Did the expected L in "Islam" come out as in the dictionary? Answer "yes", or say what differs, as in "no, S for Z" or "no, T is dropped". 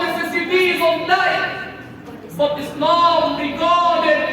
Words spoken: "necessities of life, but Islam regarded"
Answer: no, N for L